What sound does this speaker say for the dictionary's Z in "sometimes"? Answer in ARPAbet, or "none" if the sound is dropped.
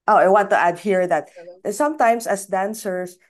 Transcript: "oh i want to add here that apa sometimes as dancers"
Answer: S